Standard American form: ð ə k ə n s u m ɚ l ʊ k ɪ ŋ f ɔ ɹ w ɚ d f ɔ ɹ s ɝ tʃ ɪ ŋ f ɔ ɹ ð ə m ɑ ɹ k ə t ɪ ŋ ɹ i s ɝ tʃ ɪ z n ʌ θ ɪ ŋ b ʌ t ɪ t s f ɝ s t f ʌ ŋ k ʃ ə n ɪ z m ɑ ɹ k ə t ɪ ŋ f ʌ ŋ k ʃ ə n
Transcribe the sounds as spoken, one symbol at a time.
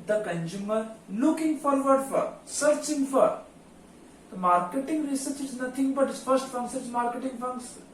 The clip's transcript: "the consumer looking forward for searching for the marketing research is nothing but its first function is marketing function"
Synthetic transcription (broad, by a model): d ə k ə n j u m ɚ l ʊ k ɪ ŋ f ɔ ɹ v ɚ d f ɔ ɹ s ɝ tʃ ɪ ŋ f ɔ ɹ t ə m ɑ ɹ k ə t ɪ ŋ ɹ i s ɝ tʃ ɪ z n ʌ t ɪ ŋ b ʌ t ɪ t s f ɝ s t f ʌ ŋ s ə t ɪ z m ɑ ɹ k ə t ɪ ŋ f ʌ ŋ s